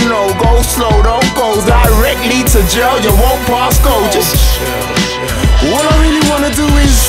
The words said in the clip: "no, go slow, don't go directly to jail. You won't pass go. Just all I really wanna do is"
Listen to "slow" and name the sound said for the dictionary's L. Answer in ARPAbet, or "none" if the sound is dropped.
L